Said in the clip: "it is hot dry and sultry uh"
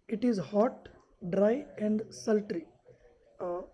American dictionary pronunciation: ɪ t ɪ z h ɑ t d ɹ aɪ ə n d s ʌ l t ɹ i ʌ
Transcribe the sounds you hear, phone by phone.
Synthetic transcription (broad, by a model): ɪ t ɪ z h ɑ t d ɹ aɪ ə n d s ʌ l t ɹ i